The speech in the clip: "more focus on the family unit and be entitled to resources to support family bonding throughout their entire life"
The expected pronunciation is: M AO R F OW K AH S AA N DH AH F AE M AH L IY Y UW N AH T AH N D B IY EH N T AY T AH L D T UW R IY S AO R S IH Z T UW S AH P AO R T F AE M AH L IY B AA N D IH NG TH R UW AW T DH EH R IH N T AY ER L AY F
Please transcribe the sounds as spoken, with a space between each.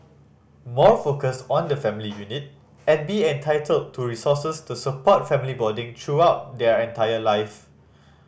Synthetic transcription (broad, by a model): M AO F OW K AH S AA N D AH F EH M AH L IY Y UW N AH T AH N B IY EH N T AY T AH L D T UW R IY S AO S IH S T UW S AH P AO T F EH M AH L IY B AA D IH NG T R UW AW T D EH R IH N T AY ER L AY F